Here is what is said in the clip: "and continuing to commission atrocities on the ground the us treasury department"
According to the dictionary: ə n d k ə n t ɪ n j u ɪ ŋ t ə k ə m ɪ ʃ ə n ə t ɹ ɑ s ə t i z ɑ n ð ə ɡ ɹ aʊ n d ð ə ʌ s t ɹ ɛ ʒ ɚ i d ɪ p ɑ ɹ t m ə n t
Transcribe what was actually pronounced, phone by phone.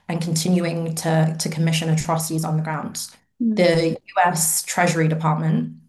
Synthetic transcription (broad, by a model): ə n k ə n t ɪ n j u ɪ ŋ t ə k ə m ɪ ʃ ə n ə t ɹ ɑ s ə t i z n ð ə ɡ ɹ aʊ n d ð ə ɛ s t ɹ ɛ ʒ ɚ i d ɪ p ɑ t m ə n t